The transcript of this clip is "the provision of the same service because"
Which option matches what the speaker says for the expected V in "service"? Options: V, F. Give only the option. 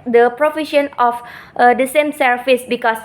F